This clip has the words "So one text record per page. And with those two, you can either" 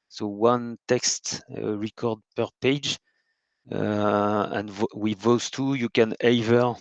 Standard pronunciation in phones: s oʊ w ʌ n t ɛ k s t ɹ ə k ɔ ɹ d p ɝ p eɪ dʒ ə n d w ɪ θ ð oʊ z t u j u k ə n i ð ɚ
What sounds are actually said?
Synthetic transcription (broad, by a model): s oʊ w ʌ n t ɛ k s t ɹ ə k ɔ ɹ d p ɝ p eɪ dʒ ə n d w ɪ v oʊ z t u j u k ə n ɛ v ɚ